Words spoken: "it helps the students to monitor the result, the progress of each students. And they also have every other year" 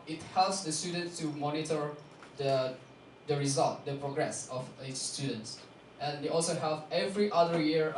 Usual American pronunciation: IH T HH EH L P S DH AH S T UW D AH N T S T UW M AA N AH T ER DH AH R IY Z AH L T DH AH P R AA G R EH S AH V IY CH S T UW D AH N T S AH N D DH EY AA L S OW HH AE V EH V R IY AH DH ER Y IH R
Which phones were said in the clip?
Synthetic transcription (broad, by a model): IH T HH EH L P S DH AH S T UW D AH N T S T UW M AA N AH T ER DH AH R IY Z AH L T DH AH P R AA G R EH S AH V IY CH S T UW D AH N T S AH N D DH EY AA L S OW HH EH P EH V R IY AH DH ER Y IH R